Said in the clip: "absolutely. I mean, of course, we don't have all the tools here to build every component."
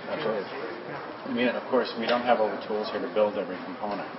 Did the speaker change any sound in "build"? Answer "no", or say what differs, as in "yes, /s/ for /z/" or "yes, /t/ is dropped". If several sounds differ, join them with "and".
no